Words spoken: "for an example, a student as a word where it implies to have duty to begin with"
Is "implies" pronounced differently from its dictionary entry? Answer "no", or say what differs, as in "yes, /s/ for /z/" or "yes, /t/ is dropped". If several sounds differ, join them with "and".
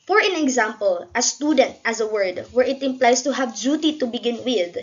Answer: yes, /s/ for /z/